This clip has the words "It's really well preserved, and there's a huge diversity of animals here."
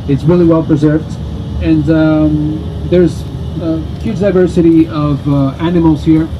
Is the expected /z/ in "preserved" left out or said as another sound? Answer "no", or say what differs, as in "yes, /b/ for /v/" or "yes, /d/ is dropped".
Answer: no